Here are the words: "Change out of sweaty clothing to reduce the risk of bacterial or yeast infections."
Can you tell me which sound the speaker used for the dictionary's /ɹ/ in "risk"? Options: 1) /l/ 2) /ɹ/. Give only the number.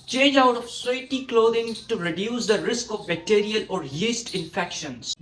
2